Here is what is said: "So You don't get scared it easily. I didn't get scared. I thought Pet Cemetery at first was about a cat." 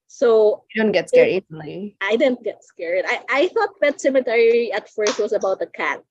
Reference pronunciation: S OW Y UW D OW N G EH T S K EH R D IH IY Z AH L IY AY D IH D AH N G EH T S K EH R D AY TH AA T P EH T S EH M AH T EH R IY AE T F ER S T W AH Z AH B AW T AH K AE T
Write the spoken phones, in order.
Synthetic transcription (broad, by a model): S OW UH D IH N G EH T S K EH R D IH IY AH IY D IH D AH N G EH T S K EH R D AY TH AA T B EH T S EH M AH T EH R IY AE T F ER S T W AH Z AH B AW T AH K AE T